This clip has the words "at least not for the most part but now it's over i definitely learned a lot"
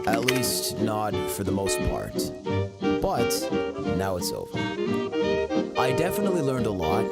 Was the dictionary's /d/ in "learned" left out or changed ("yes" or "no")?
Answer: no